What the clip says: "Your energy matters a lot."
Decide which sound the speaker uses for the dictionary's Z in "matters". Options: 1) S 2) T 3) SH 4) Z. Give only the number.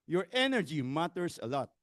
1